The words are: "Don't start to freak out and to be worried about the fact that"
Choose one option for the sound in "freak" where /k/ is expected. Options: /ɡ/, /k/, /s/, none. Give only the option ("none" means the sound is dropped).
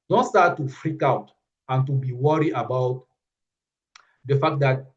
/k/